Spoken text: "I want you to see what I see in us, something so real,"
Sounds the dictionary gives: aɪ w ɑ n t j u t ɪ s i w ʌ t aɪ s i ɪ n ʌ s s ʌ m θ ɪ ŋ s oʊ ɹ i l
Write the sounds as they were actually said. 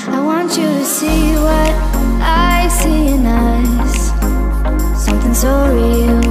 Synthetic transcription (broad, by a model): aɪ w ɑ n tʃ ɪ t ɪ s i w ʌ t aɪ s i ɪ n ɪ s s ʌ m θ ɪ ŋ s oʊ ɹ i l